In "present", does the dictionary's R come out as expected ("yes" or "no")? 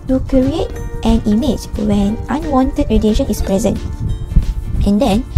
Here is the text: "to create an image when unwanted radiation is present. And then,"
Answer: yes